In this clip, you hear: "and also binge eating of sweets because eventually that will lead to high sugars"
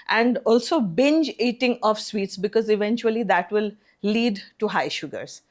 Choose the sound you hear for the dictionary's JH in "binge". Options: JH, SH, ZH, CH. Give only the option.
JH